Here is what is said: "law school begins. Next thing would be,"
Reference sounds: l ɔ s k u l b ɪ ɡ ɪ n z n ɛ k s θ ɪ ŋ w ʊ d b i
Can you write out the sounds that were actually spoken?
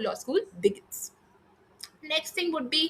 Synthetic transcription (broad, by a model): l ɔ s k u l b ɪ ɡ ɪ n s n ɛ k s t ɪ ŋ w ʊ d b i